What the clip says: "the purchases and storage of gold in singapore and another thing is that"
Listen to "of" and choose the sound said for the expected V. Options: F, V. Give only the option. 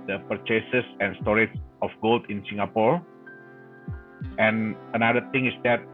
F